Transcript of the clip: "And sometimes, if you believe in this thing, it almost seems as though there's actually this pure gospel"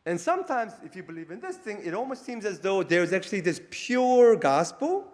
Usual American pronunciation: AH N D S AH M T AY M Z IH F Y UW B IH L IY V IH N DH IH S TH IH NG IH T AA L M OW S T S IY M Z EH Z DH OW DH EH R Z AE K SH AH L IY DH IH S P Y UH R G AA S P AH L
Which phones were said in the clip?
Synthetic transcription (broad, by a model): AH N S AH M T AY M Z IH F Y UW B IH L IY V IH N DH IH S TH IH NG IH T AA L M OW S T S IY M Z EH Z DH OW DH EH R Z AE K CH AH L IY DH IH S P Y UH R G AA S P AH L